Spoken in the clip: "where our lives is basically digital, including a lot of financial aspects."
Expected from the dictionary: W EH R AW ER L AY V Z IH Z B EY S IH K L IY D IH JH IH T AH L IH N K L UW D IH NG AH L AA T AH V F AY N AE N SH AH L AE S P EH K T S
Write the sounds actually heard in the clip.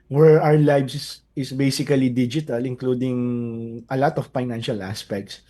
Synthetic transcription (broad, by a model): W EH R AW ER L AY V S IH S B EY S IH K L IY D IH JH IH T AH L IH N K L UW D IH NG AH L AA T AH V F AY N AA N SH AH L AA S P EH K T S